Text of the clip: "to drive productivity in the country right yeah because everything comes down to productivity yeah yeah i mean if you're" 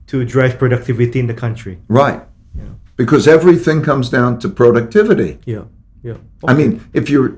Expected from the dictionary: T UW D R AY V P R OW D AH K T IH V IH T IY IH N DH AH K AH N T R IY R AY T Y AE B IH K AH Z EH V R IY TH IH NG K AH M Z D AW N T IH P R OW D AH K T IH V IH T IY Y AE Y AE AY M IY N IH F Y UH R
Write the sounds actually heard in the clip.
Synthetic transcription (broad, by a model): T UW D R AY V P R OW D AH K T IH V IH T IY IH N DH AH K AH N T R IY R AY T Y B IH K AH Z EH V R IY TH IH NG K AH M Z D AW N T IH P R OW D AH K T IH V IH T IY Y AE Y AY M IY N IH F Y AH R